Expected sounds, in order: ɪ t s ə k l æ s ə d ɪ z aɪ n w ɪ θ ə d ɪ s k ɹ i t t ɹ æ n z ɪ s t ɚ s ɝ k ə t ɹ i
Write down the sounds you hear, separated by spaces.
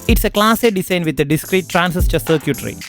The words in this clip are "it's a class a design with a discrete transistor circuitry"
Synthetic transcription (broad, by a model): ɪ t s ə k l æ s ə d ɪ s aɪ n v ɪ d ə d ɪ s k ɹ i t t ɹ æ n s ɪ s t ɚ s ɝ k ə t ɹ i